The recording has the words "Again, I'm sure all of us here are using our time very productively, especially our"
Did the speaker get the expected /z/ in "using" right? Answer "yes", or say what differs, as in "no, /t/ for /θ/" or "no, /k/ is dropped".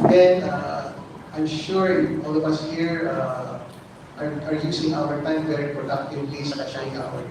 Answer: no, /s/ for /z/